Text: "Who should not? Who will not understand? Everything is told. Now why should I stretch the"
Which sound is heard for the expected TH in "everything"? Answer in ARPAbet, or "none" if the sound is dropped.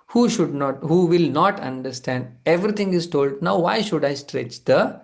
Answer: T